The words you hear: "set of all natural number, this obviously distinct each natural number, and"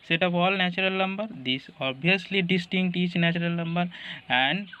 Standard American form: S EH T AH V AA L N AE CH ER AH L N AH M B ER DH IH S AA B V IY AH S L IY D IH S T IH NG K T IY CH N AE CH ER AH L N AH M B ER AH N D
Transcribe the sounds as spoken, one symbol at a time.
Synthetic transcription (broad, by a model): S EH T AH P AA L N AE CH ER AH L N AH M B ER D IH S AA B IY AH S L IY D IH S T IH NG K T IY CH N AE CH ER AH L N AH M B ER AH N D